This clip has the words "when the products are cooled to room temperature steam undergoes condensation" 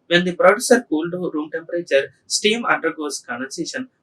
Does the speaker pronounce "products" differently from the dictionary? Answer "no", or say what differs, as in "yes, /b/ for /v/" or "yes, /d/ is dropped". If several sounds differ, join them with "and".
yes, /k/ is dropped